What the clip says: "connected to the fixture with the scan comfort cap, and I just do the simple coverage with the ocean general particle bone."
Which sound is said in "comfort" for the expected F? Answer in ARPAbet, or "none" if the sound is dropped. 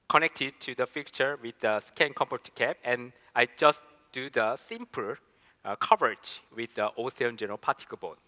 P